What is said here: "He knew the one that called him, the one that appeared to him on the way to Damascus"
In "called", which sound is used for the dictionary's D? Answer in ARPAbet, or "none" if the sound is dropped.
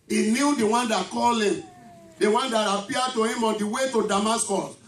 none